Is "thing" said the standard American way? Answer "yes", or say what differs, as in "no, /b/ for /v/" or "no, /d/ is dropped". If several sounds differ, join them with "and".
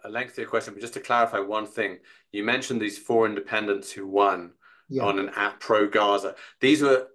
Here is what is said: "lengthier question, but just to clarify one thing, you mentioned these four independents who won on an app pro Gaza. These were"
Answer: yes